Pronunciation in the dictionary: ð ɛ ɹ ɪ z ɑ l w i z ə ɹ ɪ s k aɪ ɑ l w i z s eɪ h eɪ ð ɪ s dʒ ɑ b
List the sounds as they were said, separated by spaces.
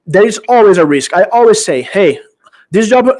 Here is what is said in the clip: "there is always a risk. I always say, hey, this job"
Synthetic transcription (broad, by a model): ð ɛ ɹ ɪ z ɑ l w i z ə ɹ ɪ s k aɪ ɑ l w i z s eɪ h eɪ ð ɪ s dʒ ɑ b